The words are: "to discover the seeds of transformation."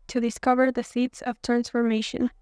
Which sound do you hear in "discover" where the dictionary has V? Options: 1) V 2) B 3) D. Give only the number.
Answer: 1